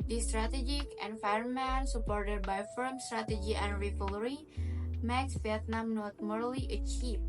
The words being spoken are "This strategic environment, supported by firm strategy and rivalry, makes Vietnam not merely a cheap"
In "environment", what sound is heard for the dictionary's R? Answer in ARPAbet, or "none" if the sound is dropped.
none